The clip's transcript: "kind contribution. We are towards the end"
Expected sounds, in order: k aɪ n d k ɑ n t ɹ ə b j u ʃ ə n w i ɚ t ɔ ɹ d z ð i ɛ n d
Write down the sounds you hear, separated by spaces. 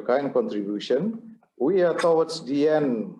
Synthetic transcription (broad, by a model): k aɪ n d k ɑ n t ɹ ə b j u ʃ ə n w i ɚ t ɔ w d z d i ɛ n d